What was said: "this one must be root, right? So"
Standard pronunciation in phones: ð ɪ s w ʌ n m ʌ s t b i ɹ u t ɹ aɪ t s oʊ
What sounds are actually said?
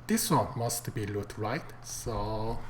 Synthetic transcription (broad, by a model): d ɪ s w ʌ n m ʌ s t b i l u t ɹ aɪ t s oʊ